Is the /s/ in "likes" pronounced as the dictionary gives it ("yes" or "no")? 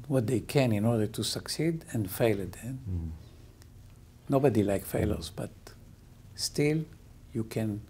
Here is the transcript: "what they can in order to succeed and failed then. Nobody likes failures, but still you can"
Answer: no